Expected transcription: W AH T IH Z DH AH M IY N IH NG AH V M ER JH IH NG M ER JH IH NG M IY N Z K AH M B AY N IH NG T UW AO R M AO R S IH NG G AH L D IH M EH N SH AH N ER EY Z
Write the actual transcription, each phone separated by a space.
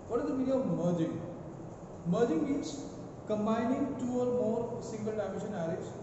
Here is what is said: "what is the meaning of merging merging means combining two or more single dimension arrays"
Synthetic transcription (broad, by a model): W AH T IH Z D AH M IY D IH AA AH V M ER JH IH NG M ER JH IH NG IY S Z K AH M B AY N IH NG T UW AO R M AO R S IH NG G AH L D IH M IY SH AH N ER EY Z